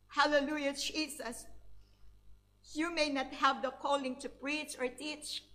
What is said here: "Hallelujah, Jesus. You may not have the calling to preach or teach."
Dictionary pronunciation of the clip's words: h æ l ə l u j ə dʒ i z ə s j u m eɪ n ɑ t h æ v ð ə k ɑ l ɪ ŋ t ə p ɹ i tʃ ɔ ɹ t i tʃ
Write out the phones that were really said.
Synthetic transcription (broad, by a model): h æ l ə l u j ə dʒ i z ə s j u m eɪ n ɑ t h æ v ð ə k ɑ l ɪ ŋ t ə p ɹ i tʃ ɔ ɹ t i tʃ